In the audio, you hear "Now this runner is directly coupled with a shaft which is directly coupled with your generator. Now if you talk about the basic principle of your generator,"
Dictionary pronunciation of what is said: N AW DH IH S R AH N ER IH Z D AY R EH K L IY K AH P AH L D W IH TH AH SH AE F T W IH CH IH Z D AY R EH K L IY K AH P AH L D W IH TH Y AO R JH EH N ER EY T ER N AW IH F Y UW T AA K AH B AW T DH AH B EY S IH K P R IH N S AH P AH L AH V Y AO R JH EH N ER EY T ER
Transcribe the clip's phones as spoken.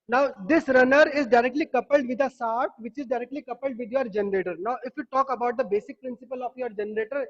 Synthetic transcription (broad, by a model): N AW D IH S R AH N ER IH Z D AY R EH K L IY K AH P AH L D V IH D AH S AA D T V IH CH IH Z D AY R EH K L IY K AH P AH L D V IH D Y AO R JH EH N ER EY T ER N AW IH F Y UW T AA K AH B AW T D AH B EY S IH K P R IH N S AH P AH L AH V Y AO R JH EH N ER EY T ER